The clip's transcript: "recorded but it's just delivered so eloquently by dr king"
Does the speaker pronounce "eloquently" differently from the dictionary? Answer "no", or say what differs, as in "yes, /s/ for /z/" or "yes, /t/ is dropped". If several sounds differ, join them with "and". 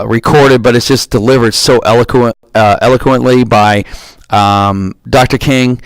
no